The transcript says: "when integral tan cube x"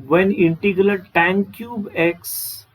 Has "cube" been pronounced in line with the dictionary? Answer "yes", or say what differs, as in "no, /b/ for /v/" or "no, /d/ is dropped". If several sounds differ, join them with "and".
yes